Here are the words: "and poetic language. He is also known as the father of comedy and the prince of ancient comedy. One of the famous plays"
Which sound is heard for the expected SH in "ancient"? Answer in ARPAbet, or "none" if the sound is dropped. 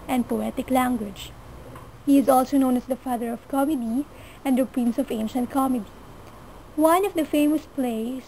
SH